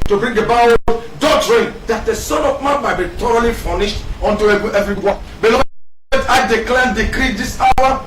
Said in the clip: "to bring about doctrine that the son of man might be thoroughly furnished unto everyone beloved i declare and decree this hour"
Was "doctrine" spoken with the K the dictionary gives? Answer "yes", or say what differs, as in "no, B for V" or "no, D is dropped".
no, K is dropped